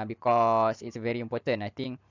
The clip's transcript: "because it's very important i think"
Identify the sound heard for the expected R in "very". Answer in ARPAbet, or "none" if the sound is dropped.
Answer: R